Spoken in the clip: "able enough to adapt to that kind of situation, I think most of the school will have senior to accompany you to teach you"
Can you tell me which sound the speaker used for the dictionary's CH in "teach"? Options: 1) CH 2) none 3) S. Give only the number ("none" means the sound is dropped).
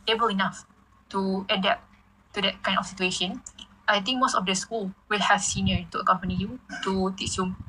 3